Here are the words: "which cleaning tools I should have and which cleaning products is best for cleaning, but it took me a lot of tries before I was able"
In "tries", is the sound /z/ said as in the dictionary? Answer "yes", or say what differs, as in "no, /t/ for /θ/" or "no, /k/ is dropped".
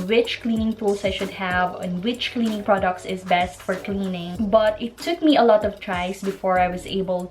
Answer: no, /s/ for /z/